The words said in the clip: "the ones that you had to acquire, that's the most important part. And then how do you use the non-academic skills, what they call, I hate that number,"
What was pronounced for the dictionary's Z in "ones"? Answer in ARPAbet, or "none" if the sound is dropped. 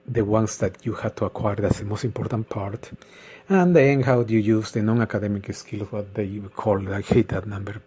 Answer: S